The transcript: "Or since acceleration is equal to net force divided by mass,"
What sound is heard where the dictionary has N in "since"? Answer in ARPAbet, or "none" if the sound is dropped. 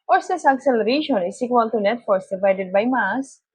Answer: none